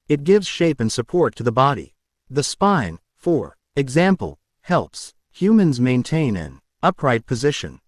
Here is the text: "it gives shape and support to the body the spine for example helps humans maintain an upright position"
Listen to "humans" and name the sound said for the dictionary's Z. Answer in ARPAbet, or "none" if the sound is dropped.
Z